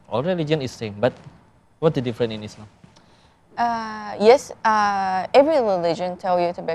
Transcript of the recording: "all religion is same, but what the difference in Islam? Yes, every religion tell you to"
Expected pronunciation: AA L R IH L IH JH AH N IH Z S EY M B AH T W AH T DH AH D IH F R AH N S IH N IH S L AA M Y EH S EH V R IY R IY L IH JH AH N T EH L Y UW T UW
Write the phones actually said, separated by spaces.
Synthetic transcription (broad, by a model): AA L R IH L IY JH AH N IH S S EY M B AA T W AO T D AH D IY F R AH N IH N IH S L AA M Y EH S EH V R IY R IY L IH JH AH N T EH L Y UW T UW